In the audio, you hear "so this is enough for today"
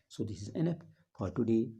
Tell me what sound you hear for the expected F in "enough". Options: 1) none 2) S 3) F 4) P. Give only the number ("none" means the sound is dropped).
4